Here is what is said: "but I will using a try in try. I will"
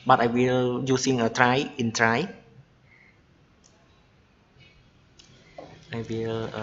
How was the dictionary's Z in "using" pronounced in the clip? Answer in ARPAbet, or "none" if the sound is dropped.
S